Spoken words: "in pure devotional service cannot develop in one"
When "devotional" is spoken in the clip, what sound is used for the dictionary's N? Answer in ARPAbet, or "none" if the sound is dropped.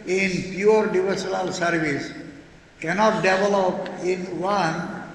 L